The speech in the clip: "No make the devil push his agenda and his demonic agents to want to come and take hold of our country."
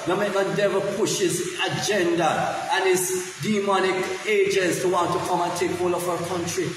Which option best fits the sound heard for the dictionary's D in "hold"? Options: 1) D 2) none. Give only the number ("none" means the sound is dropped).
2